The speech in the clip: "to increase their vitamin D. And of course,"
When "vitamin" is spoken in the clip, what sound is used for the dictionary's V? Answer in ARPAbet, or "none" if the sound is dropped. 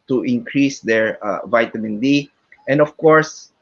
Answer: V